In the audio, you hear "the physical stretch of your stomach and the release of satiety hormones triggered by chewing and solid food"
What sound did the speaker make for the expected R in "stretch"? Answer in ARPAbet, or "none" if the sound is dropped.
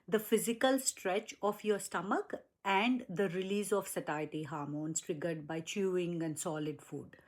R